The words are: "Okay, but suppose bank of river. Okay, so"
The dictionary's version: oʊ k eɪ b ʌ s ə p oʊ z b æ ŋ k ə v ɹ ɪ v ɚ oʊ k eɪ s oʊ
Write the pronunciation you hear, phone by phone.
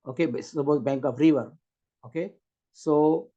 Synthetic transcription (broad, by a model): oʊ k eɪ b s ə b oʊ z b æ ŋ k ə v ɹ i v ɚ oʊ k eɪ s oʊ